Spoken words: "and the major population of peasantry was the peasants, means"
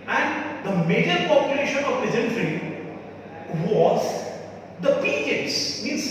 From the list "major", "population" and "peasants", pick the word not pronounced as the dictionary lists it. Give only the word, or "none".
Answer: peasants